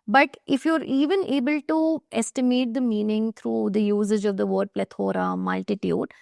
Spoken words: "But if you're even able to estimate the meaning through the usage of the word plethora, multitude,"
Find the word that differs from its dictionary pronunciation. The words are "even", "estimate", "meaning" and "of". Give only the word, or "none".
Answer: none